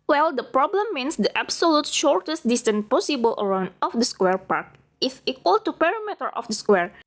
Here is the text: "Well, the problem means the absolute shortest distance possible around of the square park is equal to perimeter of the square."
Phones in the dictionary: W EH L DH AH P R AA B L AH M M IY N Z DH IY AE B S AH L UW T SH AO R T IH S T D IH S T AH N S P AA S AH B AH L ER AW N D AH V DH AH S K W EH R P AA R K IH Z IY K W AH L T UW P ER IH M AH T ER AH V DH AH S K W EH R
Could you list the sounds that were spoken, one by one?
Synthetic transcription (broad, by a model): W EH L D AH P R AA B L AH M M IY N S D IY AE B S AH L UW T SH AO R T IH S T D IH S T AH N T P AA S AH B AH L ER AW N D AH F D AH S K W EH R P AA R K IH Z IY K W AH L T UW P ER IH M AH T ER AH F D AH S K W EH R